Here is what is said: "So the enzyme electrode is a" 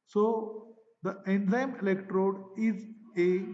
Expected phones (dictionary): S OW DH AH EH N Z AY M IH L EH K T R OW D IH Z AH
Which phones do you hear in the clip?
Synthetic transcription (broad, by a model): S OW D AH EH N Z AY M IH L EH K T R OW D IH Z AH